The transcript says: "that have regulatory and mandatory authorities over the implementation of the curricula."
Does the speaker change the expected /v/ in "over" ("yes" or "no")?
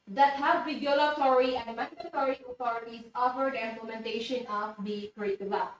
yes